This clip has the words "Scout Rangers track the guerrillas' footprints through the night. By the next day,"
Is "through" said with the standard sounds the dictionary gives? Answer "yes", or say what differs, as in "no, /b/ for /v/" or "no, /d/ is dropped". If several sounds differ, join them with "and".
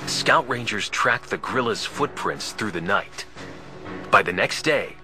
yes